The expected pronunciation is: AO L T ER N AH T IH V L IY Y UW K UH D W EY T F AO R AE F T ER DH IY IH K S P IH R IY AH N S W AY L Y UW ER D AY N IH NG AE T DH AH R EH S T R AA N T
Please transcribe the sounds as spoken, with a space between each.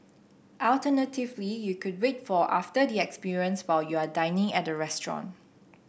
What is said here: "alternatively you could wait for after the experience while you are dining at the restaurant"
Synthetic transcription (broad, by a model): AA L T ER N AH T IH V L IY Y UW K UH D W EY T F AO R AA F T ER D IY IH K S P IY R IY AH N S W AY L Y UW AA D AY N IH NG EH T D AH R EH S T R AA N